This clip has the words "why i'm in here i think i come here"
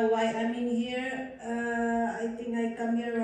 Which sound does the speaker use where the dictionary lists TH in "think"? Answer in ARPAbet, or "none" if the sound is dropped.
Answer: T